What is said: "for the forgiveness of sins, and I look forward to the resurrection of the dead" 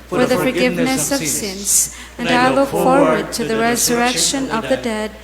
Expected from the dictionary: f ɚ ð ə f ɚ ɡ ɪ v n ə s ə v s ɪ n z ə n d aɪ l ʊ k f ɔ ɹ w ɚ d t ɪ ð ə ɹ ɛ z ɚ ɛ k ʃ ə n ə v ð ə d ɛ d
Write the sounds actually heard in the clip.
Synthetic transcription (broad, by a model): f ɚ ð ə f ɚ ɡ ɪ v n ə s ə v s ɪ n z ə n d aɪ l ʊ k f ɔ ɹ w ɚ d t ɪ ð ə ɹ ɛ z ɚ ɛ k ʃ ə n ə v ð ə d ɛ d